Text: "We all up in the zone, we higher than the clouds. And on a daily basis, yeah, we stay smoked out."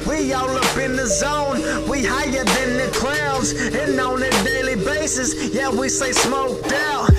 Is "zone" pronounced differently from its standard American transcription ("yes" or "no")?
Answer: no